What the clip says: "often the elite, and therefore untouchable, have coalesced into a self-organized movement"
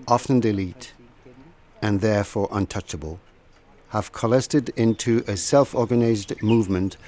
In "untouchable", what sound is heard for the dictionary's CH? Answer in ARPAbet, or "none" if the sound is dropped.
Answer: CH